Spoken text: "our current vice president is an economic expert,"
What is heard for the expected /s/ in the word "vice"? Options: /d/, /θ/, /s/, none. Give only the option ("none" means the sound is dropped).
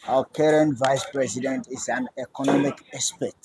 /s/